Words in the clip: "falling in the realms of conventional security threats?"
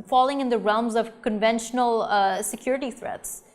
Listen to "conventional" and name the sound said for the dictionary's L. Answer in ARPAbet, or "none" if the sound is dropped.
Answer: L